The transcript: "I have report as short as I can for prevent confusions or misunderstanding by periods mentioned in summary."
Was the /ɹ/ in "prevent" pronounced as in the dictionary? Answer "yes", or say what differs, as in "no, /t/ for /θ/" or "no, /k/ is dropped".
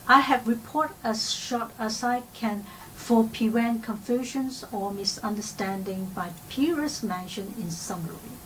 no, /ɹ/ is dropped